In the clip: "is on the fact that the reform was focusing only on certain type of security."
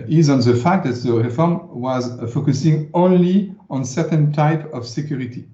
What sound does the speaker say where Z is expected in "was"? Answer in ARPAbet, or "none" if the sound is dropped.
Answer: Z